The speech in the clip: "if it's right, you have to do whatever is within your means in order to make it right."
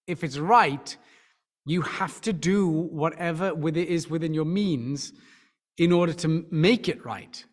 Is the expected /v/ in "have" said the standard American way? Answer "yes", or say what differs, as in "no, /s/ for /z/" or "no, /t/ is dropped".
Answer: no, /f/ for /v/